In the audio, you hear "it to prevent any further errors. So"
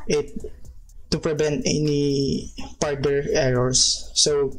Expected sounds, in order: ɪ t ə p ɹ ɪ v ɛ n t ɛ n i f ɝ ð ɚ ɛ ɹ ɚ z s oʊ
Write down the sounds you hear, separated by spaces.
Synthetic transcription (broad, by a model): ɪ t ə p ɹ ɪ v ɛ n t ɛ n i p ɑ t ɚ ɛ ɹ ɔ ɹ s oʊ